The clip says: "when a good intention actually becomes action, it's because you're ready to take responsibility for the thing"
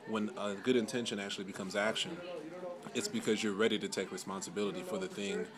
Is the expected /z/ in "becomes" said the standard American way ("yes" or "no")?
yes